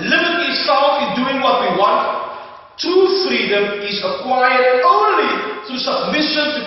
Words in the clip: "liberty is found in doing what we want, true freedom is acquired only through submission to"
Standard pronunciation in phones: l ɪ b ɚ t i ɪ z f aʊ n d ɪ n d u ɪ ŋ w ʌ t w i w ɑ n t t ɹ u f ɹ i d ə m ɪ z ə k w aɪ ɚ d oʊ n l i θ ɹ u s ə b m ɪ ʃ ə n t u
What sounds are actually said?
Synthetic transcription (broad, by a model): l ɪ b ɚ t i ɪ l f ɪ n d u ɪ ŋ w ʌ t w i w ɑ n t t u f ɹ i d ə m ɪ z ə k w aɪ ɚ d oʊ n l i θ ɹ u s ə b m ɪ ʃ ə n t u